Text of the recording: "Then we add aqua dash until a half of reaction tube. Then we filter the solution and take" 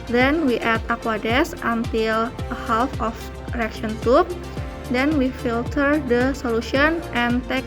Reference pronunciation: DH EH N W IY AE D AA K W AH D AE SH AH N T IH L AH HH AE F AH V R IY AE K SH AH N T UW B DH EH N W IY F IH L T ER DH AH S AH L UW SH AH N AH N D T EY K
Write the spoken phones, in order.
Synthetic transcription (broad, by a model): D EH N W IY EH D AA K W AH D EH S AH N T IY L AH HH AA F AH F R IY K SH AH N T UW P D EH N W IY F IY L T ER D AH S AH L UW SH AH N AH N T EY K